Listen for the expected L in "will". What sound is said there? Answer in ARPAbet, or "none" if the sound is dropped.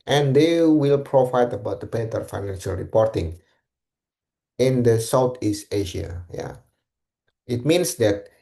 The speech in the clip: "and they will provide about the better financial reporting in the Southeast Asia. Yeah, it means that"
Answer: L